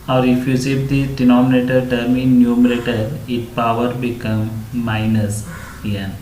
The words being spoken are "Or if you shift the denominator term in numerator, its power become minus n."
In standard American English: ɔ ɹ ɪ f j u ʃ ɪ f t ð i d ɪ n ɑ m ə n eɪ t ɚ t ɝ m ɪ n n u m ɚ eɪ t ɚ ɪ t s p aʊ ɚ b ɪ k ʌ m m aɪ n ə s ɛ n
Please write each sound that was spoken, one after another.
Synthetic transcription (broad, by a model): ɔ ɹ ɪ f j u s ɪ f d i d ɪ n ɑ m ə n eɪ t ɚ t ɝ m ɪ n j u m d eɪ t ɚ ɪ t p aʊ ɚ b ɪ k ʌ m m aɪ n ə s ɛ n